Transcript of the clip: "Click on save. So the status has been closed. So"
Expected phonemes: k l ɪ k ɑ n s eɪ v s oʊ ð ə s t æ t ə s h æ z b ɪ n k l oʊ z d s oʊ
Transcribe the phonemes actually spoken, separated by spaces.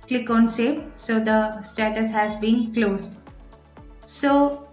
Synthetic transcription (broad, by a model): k l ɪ k ɑ n s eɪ p s oʊ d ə s t æ t ə s h æ z b ɪ n k l oʊ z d s oʊ